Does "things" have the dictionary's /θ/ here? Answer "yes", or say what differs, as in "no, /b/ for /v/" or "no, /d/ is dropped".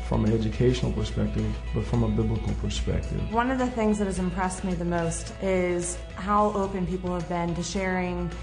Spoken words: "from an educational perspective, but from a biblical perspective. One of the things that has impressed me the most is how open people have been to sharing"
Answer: yes